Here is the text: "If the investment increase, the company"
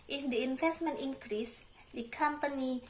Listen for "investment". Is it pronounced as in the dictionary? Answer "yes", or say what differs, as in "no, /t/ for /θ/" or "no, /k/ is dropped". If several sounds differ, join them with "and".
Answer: no, /f/ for /v/